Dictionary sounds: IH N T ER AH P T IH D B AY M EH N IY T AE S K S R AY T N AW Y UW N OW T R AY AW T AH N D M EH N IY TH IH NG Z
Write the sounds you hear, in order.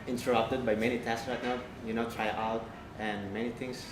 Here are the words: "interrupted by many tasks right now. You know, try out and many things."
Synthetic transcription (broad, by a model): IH N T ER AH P T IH D B AY M EH N IY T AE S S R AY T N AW Y UW N OW T R AY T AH L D M EH N IY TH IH NG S